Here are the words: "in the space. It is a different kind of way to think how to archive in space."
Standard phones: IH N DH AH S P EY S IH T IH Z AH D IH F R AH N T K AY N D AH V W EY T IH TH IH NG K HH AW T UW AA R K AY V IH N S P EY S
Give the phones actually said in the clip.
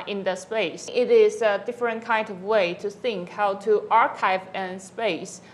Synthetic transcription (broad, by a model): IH N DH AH S P EY S IH T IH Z AH D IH F R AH N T K AY N D AH V W EY T IH TH IH NG K HH AW T UW AA R K AY V IH N S P EY S